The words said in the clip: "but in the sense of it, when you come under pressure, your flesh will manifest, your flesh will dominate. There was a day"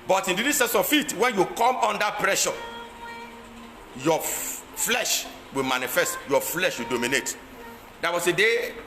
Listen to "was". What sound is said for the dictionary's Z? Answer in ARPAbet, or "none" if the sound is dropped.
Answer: S